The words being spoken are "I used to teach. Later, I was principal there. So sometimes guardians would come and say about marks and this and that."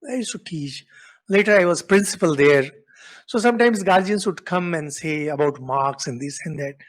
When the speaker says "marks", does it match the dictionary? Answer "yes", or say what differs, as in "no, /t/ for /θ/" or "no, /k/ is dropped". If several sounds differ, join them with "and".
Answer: yes